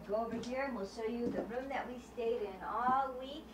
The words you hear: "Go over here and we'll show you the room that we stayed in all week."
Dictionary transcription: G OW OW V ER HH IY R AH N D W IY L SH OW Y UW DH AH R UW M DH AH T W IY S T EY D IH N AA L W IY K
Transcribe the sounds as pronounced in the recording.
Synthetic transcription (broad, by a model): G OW OW V ER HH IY R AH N W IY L S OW Y UW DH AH R UW M DH AH T W IY S T EY D IH N AA L W IY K